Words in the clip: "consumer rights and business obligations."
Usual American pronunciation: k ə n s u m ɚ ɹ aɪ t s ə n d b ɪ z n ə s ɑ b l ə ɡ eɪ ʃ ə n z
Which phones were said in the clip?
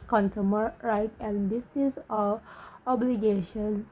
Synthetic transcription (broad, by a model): k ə n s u m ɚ ɹ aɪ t ə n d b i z n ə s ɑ b l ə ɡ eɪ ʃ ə n